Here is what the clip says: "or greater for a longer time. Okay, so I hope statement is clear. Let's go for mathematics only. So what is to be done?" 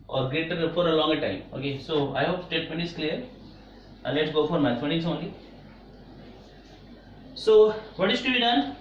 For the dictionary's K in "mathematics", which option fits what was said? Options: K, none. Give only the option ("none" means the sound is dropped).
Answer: none